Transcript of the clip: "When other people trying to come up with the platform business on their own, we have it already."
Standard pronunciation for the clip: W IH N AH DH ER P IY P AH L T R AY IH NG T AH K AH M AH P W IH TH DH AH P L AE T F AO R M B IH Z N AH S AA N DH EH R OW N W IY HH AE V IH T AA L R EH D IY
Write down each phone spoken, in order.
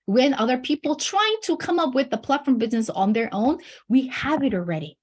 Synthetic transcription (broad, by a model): W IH N AH DH ER P IY P L T R AY IH NG T AH K AH M AH P W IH DH AH P L AE T F AO R M B IH Z N AH S N DH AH R OW N W IY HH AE V IH T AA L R EH D IY